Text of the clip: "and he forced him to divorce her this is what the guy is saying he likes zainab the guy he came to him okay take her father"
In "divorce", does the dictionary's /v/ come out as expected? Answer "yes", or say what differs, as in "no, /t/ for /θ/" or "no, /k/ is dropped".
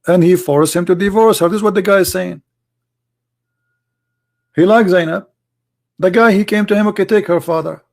yes